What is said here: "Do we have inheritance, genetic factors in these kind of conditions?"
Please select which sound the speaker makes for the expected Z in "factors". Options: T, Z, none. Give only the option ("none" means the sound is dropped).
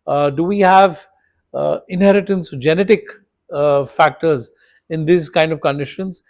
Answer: Z